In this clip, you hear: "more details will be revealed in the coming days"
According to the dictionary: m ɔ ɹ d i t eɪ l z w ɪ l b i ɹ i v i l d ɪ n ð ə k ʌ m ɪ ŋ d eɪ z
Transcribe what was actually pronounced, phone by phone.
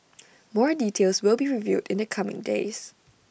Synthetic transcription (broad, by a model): m ɔ ɹ d i t eɪ l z w ɪ l b i ɹ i v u d ɪ n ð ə k ʌ m ɪ ŋ d eɪ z